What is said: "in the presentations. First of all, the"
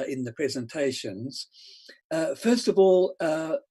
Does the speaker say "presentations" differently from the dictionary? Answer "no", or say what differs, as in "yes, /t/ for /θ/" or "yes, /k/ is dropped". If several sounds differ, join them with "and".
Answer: no